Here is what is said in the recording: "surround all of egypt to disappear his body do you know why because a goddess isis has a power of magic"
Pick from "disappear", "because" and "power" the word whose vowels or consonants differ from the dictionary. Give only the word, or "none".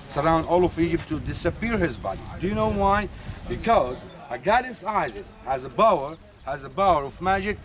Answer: power